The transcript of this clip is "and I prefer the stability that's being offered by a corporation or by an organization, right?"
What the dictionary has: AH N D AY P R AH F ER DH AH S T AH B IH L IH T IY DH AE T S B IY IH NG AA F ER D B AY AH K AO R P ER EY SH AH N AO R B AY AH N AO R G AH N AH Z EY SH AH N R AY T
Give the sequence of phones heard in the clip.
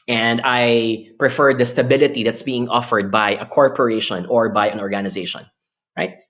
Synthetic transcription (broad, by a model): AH N D AY P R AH F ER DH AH S T AH B IH L IH T IY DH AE T S B IY IH NG AA F ER D B AY AH K AO R P ER EY SH AH N AO R B AY AH N AO R G AH N AH Z EY SH AH N R AY T